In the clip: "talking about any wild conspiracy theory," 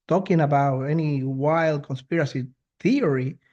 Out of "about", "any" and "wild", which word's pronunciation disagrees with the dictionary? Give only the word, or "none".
none